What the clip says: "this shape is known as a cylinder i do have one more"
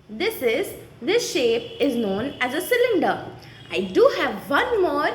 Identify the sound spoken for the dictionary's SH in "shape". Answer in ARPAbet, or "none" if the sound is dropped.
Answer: SH